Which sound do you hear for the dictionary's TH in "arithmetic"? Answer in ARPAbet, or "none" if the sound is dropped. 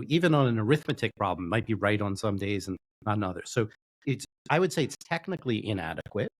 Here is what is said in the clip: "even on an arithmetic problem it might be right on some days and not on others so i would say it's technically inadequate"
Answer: TH